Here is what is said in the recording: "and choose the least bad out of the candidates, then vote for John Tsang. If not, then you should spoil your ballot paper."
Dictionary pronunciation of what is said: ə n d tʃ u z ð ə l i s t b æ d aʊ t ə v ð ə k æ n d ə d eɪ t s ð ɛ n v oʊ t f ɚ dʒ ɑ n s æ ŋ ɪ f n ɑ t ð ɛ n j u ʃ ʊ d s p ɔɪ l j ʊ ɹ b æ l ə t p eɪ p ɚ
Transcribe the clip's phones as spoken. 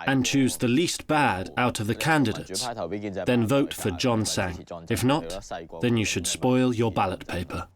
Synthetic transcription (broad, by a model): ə n tʃ u z ð ə l i s t b æ d aʊ t ə v ð ə k æ n d ə d eɪ t s ð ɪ n v oʊ t f ɚ dʒ ɑ n s æ ŋ ɪ f n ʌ t ð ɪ n j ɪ ʃ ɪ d s p ɔɪ l j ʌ ɹ b æ l ə t p eɪ p ɚ